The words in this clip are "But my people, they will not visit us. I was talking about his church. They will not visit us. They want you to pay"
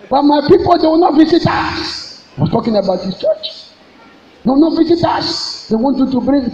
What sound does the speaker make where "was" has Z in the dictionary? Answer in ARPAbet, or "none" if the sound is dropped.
S